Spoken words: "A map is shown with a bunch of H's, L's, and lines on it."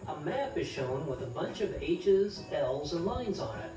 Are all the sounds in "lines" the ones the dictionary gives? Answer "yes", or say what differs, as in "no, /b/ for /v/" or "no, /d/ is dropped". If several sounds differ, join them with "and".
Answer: yes